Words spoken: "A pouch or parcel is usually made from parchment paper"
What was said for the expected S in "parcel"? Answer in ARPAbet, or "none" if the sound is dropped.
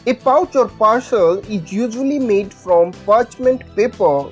SH